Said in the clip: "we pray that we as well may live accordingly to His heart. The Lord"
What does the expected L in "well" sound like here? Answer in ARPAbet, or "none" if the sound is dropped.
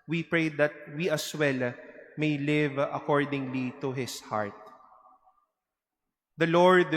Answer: L